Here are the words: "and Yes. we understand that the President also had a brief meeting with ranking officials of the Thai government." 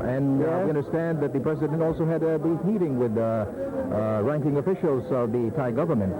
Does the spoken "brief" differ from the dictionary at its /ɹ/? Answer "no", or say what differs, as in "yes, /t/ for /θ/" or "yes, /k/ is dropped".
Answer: yes, /ɹ/ is dropped